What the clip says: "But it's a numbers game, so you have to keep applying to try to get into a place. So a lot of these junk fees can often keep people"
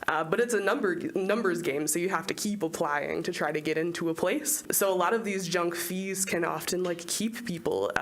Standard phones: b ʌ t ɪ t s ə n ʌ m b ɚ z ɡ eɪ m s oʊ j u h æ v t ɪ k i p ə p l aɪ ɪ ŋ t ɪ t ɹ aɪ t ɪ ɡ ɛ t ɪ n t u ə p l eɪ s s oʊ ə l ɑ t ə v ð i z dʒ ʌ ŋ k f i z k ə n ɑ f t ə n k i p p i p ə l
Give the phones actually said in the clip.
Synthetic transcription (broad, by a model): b ʌ t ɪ t s ə n ʌ m b ɚ z ɡ eɪ m s oʊ j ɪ h æ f t ɪ k i p ə p l aɪ ɪ ŋ t ɪ t ɹ aɪ t ɪ ɡ ɛ t ɪ n t u ə p l eɪ s s oʊ ə l ɑ t ə v ð i z dʒ ʌ ŋ k f i z k ə n ɑ f t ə n k i p p i p l